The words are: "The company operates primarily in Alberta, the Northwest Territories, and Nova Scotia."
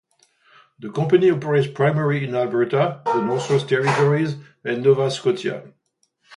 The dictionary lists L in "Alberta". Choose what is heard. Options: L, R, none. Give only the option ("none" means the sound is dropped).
L